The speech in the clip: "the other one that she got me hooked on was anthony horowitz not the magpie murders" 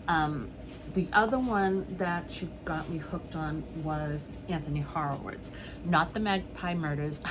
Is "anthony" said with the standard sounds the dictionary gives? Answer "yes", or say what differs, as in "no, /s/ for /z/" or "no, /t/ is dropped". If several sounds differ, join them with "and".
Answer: yes